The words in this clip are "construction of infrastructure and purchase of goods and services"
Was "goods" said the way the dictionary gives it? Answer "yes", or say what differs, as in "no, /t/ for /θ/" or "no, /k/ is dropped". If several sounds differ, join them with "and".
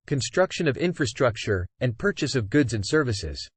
yes